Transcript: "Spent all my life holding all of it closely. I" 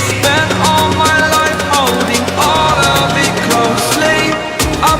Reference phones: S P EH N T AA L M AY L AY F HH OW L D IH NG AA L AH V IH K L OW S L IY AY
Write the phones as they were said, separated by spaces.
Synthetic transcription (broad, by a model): S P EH N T AA L M AY L AY F HH OW L D IH NG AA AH B IH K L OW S L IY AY